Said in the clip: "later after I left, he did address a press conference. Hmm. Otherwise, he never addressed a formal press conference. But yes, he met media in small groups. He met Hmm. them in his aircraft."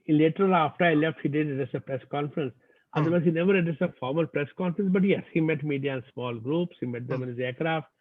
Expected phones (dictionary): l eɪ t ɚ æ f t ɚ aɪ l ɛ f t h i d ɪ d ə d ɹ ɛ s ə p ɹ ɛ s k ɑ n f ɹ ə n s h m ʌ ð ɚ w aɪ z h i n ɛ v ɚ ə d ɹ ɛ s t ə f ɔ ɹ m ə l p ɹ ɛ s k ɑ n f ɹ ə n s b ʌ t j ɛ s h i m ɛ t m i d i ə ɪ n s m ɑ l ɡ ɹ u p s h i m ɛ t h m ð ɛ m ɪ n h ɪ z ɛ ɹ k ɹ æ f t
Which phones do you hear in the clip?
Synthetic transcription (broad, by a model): l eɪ t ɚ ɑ f t ɚ aɪ l ɛ f t h i d ɪ d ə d ɛ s ə p ɹ ɛ s k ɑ n f ɹ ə n s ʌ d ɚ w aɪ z h i n ɛ v ɚ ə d ɪ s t ə f ɔ ɹ m ə l p ɹ ɛ s k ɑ n f ɹ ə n s b ʌ t j ɛ s h i m ɛ t m i d i ə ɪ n s m ɑ l ɡ ɹ u p s h i m ɛ t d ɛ m ɪ n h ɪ z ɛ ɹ k ɹ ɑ f t